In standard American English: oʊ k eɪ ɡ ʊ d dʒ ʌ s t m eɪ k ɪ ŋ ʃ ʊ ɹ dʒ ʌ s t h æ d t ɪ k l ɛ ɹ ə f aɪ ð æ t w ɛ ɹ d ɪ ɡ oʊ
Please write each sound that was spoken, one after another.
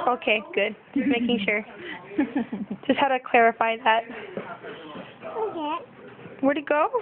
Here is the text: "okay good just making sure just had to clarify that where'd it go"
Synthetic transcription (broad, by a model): oʊ k eɪ ɡ ʊ d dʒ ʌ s m eɪ k ɪ ŋ ʃ ʊ ɹ dʒ ʌ s t h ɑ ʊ t ɪ k l ɛ ɹ ə f aɪ ð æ t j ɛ w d ɪ ɡ oʊ